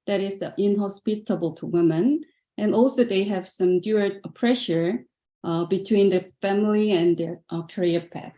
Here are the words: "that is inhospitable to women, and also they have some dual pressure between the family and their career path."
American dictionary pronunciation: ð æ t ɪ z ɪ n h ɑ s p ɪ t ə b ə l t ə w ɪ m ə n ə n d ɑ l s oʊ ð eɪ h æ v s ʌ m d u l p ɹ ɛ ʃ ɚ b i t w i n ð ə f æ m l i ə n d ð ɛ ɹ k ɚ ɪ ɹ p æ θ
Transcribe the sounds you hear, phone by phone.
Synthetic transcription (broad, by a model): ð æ t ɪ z ɪ n h ɑ s p ɪ t ə b ə l t ə w ɪ m ə n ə n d ɑ l s oʊ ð eɪ h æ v s ʌ m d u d p ɹ ɛ ʃ ɚ b i t w i n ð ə f æ m l i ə n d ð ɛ ɹ k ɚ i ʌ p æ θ